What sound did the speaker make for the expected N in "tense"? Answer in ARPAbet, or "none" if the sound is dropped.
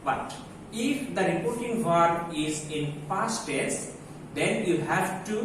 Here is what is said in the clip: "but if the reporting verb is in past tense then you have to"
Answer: none